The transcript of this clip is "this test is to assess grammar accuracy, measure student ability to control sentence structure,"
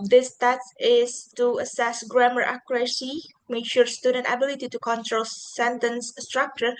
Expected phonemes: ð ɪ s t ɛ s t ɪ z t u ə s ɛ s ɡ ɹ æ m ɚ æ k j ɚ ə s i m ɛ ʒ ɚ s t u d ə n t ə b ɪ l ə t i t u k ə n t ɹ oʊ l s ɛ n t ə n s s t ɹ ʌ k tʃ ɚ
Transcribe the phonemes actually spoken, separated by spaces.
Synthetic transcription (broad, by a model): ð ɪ s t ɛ t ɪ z t u ə s ɛ s ɡ ɹ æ m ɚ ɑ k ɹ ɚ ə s i m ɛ ʃ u s t u d ə n t ə b ɪ l ə t i t u k ə n t ɹ oʊ l s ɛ n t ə n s s t ɹ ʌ k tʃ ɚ